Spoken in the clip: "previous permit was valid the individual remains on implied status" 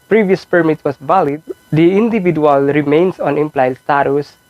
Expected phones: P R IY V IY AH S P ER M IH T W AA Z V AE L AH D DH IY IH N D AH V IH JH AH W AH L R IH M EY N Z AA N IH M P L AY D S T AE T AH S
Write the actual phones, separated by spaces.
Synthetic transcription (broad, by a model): P R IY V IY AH S P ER M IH T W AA S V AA L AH D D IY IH N D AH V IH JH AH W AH L R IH M EY N S AA N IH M P L AY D S T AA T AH S